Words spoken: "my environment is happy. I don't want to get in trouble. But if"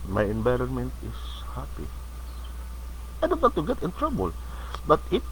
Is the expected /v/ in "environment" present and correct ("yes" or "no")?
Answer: no